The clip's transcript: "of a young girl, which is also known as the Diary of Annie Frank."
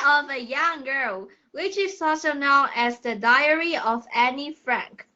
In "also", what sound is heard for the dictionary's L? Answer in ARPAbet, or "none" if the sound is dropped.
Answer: none